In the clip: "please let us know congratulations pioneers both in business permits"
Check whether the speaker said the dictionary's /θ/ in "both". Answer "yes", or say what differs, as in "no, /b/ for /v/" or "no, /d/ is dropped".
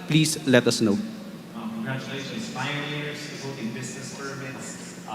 no, /t/ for /θ/